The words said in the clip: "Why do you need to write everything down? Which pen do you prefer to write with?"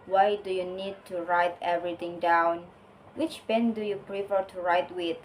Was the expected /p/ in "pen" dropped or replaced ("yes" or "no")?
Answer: yes